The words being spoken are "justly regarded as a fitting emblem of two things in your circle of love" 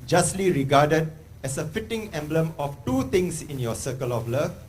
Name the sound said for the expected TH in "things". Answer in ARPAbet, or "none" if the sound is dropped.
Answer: T